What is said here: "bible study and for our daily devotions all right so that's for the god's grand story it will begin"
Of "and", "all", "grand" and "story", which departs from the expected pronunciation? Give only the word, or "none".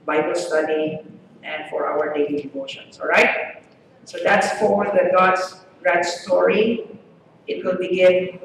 grand